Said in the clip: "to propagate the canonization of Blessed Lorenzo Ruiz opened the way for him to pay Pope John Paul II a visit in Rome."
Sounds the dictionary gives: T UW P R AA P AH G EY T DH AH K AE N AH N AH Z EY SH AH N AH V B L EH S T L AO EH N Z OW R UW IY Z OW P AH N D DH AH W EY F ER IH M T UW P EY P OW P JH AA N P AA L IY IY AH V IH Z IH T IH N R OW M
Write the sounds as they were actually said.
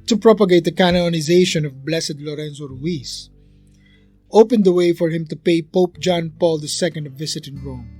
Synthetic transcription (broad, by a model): T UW P R AA P AH G EY T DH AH K AE N AH N AH Z EY SH AH N AH V B L EH S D L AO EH N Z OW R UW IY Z OW P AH N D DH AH W EY F ER IH M T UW P EY P OW P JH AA N P AA L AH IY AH V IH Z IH T IH N R OW M